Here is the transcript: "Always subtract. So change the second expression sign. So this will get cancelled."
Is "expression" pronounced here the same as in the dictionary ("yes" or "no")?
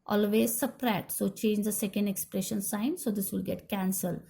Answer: yes